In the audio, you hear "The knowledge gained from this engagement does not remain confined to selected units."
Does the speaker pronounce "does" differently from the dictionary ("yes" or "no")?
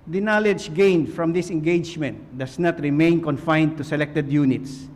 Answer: yes